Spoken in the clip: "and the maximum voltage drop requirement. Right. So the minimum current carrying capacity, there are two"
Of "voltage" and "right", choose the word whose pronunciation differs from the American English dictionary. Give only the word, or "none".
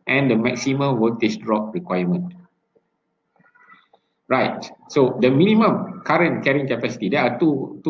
voltage